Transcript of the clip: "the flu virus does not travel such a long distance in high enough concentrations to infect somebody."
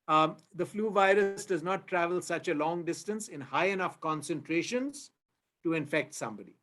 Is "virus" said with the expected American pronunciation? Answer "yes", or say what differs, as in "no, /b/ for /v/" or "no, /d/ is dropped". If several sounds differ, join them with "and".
yes